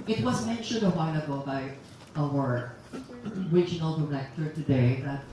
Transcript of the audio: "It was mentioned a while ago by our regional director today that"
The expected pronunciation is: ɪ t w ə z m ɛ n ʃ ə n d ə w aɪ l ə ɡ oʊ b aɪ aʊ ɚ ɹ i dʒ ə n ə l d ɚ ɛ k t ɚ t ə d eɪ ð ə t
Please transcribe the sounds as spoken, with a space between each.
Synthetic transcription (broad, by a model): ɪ t w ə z m ɛ n ʃ ə n d ə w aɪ n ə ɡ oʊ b aɪ aʊ ɚ ɹ i dʒ ə n ə l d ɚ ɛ k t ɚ t ə d eɪ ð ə t